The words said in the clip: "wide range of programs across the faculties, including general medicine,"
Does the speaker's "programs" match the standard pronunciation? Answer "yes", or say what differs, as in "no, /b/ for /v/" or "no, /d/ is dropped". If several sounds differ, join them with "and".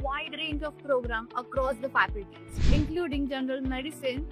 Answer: no, /z/ is dropped